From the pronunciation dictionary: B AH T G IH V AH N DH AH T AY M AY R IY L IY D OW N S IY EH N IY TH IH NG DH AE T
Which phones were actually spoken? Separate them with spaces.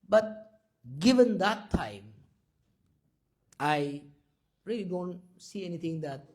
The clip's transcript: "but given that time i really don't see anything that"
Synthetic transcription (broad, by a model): B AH T G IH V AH N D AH T AY M AY R IY L IY D OW N S IY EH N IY T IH NG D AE T